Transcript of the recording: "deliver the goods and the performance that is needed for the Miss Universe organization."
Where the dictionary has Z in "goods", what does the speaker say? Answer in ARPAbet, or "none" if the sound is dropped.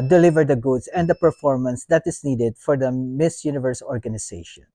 S